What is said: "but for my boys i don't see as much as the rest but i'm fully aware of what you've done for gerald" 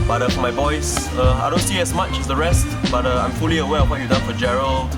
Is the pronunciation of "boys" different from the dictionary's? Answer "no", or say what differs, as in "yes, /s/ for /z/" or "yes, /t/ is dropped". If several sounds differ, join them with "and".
yes, /s/ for /z/